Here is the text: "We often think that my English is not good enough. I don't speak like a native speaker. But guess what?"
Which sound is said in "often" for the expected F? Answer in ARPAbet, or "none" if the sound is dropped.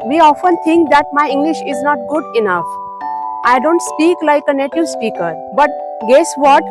F